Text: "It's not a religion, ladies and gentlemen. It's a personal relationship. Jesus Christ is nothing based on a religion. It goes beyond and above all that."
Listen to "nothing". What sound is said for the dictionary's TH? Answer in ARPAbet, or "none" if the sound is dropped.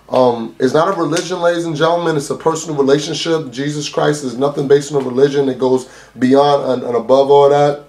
TH